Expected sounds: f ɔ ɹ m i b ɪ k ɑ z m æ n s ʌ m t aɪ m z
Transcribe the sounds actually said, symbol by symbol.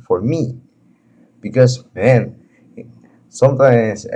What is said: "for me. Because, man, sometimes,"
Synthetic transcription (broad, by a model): f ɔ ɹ m i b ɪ k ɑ s m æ n s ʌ m t aɪ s